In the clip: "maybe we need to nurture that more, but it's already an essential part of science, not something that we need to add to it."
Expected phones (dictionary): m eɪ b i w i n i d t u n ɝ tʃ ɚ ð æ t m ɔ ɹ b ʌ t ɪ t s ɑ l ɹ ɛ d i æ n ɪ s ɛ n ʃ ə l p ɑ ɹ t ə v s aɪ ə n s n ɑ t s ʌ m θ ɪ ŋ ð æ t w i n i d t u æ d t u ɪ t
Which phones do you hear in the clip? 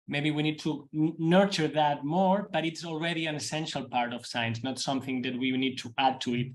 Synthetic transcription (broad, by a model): m eɪ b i w i n i d t u n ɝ tʃ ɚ ð æ t m ɔ ɹ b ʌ t ɪ t s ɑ l ɹ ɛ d i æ n ɪ s ɛ n ʃ ə l p ɑ ɹ t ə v s aɪ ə n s n ɑ t s ʌ m θ ɪ ŋ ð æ t w i n i d t u æ d t u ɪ t